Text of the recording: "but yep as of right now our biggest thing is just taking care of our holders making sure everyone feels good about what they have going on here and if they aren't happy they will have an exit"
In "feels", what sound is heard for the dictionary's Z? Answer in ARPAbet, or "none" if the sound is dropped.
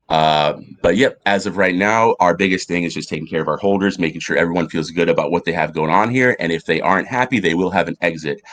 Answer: Z